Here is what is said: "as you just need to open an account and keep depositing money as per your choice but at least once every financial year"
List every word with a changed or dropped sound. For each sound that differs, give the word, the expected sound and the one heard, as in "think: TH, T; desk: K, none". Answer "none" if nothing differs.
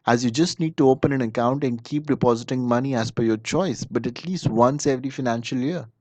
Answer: per: P, F